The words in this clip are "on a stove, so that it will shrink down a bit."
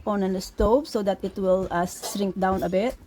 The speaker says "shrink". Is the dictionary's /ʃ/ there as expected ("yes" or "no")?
no